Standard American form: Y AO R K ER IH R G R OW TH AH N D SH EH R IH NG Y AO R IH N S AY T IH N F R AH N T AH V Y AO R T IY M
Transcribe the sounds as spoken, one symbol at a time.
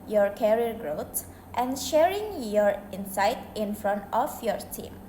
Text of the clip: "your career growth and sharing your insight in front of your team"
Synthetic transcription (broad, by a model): Y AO R K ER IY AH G R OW T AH N SH EH R IH NG Y AO R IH N S AY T IH N F R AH N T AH F Y AO R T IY M